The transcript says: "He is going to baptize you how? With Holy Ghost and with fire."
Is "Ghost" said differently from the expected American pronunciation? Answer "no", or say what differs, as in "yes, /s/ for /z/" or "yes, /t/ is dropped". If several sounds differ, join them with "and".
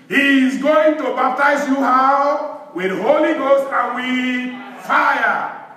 no